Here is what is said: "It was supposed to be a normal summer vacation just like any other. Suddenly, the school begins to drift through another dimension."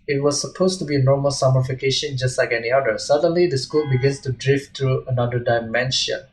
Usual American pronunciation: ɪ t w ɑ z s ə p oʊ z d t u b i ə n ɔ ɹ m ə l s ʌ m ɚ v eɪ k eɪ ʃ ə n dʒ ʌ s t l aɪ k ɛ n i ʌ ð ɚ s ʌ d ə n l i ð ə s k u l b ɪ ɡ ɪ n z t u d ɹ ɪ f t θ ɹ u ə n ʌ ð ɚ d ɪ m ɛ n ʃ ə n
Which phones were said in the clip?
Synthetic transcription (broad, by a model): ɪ t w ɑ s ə p oʊ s t u b i ə n ɔ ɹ m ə l s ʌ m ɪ f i k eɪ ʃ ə n dʒ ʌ s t l aɪ k ɛ n i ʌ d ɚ s ʌ d ə n l i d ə s k u l b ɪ ɡ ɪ n s t u d ɹ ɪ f t ɹ u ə n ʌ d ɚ d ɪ m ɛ n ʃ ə n